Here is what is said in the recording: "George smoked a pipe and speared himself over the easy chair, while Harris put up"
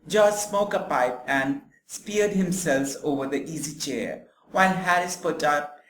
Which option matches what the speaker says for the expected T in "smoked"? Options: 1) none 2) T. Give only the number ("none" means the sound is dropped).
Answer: 1